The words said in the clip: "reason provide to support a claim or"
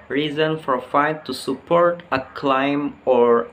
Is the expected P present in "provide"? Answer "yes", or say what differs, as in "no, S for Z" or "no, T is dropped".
no, F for P